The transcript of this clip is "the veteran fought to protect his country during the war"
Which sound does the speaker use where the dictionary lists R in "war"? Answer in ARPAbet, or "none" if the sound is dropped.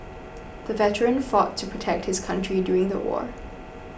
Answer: R